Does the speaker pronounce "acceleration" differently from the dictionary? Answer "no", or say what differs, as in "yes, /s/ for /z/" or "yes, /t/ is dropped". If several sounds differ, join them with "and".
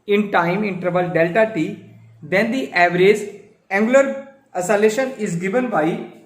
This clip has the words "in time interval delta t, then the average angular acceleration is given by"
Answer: yes, /k/ is dropped